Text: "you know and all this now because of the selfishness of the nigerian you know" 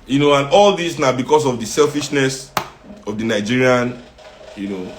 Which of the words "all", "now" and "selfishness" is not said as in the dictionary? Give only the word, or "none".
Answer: none